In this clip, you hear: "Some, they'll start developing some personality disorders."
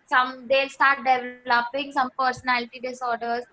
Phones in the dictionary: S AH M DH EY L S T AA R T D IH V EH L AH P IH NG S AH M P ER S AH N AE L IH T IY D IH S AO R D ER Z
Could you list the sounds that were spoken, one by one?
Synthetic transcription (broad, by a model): S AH M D EY L S T AA R T D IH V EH L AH P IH NG S AH M P ER S AH N AE L IH T IY D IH S AO R D ER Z